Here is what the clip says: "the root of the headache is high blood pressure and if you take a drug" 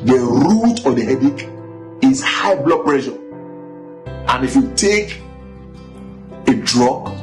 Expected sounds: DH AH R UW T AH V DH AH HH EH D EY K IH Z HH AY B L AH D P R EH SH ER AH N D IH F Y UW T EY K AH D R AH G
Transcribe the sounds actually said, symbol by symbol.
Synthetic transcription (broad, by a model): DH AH R UW T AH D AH HH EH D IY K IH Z HH AY B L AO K P R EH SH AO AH N IH F Y UW T EY K AH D R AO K